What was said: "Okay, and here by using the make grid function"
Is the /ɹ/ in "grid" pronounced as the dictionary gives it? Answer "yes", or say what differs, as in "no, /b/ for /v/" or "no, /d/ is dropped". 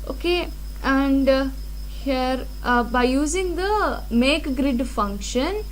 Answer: yes